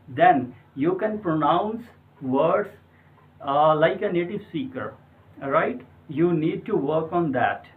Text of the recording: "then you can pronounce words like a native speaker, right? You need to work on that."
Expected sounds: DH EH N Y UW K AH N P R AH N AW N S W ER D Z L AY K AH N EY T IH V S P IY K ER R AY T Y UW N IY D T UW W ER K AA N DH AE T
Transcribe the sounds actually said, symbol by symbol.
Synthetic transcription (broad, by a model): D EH N Y UW K AH N P R AH N AW N S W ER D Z L AY K AH N EY T IH V S IY K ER R AY T Y UW N IY D T UW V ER K AA N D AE T